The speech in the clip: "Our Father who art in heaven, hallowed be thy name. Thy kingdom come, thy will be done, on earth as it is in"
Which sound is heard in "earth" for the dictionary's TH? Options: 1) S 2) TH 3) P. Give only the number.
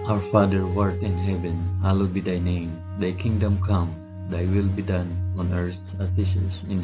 1